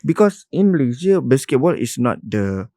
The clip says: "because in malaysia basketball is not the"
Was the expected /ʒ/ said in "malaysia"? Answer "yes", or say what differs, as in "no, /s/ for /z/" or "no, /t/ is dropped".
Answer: no, /z/ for /ʒ/